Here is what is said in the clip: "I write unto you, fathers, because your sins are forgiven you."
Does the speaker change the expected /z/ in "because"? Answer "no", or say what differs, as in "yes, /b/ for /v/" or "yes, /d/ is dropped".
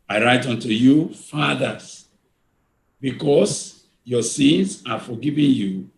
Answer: yes, /s/ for /z/